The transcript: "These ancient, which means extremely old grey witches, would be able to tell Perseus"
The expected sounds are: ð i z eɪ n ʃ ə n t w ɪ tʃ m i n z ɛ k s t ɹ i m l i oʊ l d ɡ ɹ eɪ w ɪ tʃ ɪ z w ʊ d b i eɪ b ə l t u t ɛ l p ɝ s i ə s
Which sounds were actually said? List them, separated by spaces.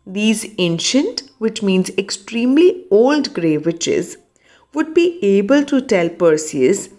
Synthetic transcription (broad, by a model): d i z eɪ n ʃ ə n t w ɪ tʃ m i n z ɛ k s t ɹ i m l i oʊ l d ɡ ɹ eɪ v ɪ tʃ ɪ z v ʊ d b i eɪ b ə l t u t ɛ l p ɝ s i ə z